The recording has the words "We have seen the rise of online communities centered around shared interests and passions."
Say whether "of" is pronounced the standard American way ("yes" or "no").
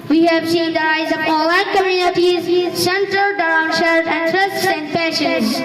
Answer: no